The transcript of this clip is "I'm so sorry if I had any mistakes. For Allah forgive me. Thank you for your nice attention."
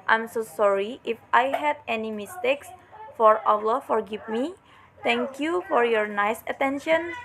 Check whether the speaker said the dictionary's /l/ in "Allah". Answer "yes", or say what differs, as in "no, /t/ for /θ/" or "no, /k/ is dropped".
no, /w/ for /l/